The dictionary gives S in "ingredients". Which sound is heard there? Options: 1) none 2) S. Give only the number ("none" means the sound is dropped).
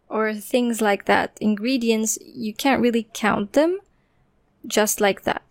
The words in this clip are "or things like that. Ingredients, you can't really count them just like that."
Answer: 2